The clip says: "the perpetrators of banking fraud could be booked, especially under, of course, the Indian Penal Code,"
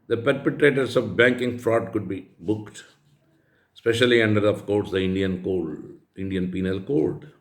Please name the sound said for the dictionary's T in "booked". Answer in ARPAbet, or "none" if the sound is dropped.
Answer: T